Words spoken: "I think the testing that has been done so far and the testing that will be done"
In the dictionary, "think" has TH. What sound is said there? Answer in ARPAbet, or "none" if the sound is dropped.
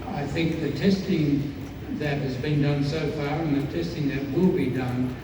TH